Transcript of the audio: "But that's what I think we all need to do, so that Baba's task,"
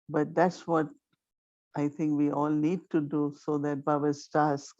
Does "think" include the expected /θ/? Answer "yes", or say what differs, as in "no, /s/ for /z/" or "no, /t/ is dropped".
no, /t/ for /θ/